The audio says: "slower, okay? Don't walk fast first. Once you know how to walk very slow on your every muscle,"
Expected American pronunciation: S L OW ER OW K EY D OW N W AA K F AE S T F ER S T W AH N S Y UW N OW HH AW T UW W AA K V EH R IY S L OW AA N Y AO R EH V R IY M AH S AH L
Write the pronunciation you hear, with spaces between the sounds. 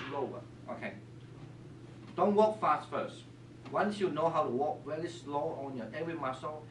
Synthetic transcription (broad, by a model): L OW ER OW K EY D OW N W AA K F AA S T F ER S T W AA N S Y UW N OW HH AW T UW W AA K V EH L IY S L OW AA N Y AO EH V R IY M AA S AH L